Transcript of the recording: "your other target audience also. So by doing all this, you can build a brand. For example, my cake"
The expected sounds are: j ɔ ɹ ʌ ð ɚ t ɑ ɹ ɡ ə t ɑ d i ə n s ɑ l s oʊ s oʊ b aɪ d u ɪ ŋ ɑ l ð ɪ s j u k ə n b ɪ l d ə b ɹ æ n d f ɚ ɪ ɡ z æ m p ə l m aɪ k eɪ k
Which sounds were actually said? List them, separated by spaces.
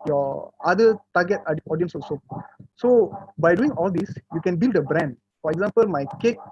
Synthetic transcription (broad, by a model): j ɔ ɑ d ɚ t ɑ ɡ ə t ɑ d i ə n s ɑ s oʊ s oʊ b aɪ d u ɪ ŋ ɑ l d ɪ s j u k ə n b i l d ə b ɹ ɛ n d f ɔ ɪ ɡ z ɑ m p ə l m aɪ k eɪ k